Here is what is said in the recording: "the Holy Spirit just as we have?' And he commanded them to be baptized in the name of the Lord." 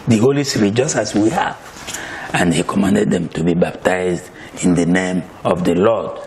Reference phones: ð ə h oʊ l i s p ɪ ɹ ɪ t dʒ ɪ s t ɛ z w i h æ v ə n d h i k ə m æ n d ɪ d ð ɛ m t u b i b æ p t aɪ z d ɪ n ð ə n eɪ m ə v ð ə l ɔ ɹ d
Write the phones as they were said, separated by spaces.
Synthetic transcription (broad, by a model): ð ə h oʊ l i s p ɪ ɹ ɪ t dʒ ɪ s t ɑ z w i h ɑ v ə n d h i k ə m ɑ n d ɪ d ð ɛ m t u b i b æ p t aɪ z d ɪ n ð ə n eɪ m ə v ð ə l ɔ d